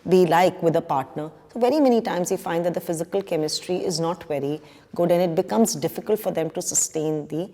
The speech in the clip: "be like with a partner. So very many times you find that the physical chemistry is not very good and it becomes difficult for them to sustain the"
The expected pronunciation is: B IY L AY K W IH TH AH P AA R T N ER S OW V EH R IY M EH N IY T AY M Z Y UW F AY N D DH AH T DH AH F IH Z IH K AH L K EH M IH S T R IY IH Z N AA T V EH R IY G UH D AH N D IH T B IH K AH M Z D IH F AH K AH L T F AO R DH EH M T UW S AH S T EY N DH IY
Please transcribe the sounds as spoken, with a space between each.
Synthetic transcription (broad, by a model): B IY L AY K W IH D AH P AA R T N ER S OW V EH R IY M EH N IY T AY M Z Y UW F AY N D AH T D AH F IH Z IH K AH L K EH M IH S T R IY IH Z N AA T V EH R IY G UH D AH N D IH T B IH K AH M Z D IH F AH K AH L T F AO R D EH M T UW S AH S T EY N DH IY